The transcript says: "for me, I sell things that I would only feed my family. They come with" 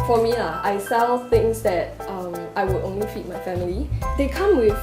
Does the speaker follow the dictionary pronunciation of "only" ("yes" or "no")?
yes